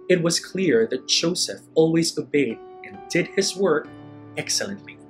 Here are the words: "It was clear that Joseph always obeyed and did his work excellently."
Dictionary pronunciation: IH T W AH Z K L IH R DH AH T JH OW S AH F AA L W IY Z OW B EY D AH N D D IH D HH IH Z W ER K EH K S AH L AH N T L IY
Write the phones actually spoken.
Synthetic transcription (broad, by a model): IH T W AH Z K L IH R DH AH T JH OW S AH F AA L W IY Z OW B EY D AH N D D IH D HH IH Z W ER K EH K S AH L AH N T L IY